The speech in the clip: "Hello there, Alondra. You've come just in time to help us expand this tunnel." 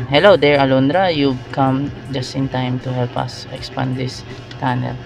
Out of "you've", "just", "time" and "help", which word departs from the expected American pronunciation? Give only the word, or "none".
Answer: you've